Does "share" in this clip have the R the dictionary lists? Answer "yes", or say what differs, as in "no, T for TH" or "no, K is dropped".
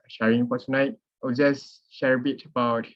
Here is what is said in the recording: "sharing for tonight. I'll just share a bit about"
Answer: yes